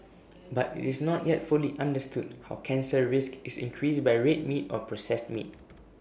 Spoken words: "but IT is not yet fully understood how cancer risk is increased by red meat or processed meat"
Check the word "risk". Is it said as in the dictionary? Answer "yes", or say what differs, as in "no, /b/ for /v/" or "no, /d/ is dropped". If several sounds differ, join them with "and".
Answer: yes